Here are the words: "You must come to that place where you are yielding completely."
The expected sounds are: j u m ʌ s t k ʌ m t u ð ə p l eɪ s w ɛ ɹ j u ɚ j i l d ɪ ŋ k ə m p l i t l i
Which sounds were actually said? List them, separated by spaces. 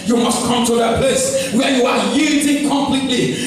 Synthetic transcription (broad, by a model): j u m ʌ s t k ʌ m t u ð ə p eɪ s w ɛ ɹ j u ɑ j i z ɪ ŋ k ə m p l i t l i